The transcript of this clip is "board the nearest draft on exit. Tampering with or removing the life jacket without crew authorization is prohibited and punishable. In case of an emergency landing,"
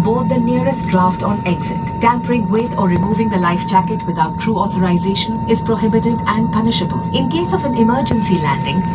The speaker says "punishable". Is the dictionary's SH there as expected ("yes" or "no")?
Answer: yes